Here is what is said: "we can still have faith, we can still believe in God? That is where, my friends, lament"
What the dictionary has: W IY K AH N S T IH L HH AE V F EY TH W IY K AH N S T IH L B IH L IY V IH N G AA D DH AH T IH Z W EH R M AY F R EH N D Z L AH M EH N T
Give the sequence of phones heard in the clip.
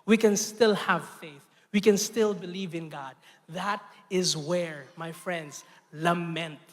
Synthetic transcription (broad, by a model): W IY K AH N S T IH L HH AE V F EY TH W IY K AH N S T IH L B IH L IY V IH N G AA D DH AH T IH Z W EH R M AY F R EH N D Z L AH M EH N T